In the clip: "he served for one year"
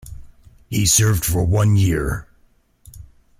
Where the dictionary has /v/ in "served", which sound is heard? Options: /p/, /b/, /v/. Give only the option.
/v/